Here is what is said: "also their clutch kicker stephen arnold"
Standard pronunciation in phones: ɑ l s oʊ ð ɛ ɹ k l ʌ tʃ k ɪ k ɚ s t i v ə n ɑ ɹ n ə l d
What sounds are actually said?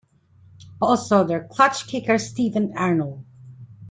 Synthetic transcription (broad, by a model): ɑ l s oʊ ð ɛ ɹ k l ʌ tʃ k ɪ k ɚ s t i v ə n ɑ ɹ n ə l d